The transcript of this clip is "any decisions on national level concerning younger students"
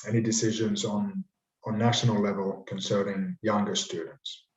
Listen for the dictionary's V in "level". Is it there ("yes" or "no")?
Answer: yes